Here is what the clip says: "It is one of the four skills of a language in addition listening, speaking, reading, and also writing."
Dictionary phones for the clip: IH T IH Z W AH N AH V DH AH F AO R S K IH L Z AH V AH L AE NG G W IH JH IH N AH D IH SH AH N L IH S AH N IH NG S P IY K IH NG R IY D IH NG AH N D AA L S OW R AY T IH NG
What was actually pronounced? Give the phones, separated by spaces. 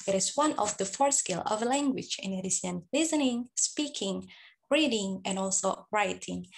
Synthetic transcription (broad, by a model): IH T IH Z W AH N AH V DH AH F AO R S K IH L AH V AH L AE NG G W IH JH IH N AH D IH S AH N L IH S AH N IH NG S P IY K IH NG R IY D IH NG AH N AA L S OW R AY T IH NG